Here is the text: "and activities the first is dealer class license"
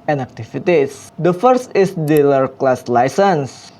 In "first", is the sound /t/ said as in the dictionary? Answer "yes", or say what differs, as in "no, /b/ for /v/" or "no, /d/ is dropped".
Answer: yes